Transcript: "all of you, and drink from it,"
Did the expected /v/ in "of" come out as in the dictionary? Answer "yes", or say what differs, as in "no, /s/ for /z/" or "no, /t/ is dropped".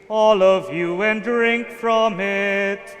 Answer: yes